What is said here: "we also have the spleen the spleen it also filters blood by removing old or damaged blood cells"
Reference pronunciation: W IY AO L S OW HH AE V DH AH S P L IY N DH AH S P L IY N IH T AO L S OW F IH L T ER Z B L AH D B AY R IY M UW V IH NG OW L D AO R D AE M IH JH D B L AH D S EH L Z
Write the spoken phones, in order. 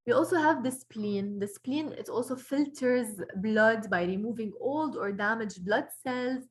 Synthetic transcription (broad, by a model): W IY AO L S OW HH AE V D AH S P L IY N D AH S P L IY N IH T AO L S OW F IH L T ER Z B L AH D B AY R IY M UW V IH NG OW L D AO R D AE M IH JH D B L AH D S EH L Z